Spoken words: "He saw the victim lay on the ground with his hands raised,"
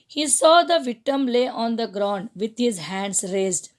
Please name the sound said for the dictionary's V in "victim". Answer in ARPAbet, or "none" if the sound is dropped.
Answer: V